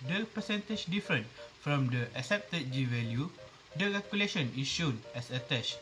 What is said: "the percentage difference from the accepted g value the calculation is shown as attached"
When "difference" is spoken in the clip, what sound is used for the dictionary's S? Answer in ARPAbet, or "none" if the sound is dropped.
none